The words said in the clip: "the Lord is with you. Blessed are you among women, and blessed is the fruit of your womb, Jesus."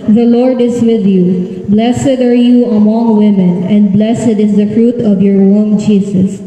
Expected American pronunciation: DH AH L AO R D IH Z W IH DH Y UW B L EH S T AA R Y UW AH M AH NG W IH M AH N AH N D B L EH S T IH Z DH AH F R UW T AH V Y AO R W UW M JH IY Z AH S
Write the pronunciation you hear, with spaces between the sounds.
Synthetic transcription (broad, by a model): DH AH L AO R D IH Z W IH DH Y UW B L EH S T AA R Y UW AH M AH NG W IH M AH N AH N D B L EH S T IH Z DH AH F R UW T AH V Y AO R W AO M JH IY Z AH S